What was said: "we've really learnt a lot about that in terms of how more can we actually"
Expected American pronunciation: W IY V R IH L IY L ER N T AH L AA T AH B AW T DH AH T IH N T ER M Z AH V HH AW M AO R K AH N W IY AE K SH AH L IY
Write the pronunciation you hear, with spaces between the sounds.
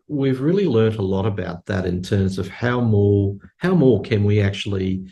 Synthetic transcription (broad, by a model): W IY V R IH L IY L ER N T AH L AA T AH B AW T DH AH T IH N T ER M Z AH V HH AW M AO R K AH N W IY AE K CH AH L IY